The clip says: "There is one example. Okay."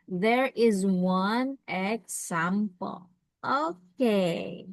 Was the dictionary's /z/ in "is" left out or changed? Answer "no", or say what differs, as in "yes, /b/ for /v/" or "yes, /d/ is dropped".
no